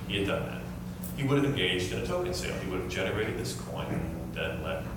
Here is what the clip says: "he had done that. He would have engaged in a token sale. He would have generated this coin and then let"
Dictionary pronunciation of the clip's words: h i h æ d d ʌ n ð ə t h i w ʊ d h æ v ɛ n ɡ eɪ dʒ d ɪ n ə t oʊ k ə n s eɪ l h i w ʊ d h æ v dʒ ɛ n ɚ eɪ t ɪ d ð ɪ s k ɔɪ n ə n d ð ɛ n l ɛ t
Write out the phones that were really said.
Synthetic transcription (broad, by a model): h i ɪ d d ʌ n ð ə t h i w ʊ d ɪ v ɛ n ɡ eɪ dʒ d ɪ n ə t oʊ k ə n s eɪ l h i w ʊ d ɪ v dʒ ɛ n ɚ eɪ t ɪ d ð ɪ s k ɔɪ ə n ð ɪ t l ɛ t